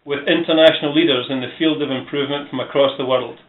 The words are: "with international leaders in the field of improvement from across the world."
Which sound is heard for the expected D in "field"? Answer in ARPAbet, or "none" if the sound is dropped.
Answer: D